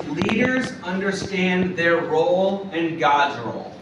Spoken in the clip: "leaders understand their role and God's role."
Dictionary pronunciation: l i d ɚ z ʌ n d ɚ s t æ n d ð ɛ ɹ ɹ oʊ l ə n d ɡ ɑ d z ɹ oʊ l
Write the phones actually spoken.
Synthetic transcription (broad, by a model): l i d ɚ z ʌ n d ɚ s t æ n ð ɛ ɹ ɹ oʊ l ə n ɡ ɑ d z ɹ oʊ l